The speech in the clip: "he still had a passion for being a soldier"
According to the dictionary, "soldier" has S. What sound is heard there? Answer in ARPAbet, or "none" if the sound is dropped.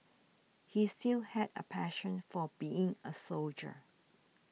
S